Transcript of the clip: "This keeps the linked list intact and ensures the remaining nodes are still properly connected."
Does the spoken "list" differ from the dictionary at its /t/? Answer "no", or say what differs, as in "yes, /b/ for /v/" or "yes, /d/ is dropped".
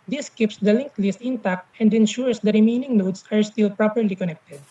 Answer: no